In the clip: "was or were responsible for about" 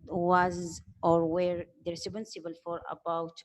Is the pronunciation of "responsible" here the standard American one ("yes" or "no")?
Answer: no